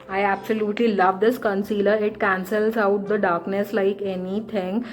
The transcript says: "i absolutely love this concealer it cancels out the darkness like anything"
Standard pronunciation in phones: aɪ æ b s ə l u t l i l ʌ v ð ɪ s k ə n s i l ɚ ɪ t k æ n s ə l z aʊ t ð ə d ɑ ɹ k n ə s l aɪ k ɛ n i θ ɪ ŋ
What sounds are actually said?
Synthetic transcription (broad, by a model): aɪ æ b s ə l u t l i l ʌ v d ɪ s k ə n s i l ɚ ɪ t k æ n s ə l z aʊ t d ə d ɑ ɹ k n ə s l aɪ k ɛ n i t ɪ ŋ